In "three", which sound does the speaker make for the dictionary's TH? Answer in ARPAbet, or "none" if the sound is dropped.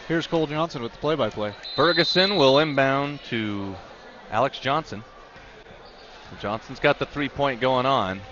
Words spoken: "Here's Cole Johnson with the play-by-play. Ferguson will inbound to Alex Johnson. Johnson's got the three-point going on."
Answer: TH